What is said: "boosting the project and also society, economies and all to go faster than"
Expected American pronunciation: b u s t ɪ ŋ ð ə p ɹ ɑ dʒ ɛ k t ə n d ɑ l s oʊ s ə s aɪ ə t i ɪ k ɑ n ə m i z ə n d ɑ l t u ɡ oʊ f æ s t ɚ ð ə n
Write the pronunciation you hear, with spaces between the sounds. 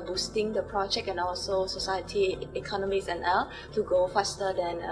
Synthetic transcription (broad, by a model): b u s t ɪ ŋ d ə p ɹ ɑ dʒ ɛ k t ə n ɑ l s oʊ s ə s aɪ ə t i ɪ k ɑ n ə m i s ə n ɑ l t u ɡ oʊ f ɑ s t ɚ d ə n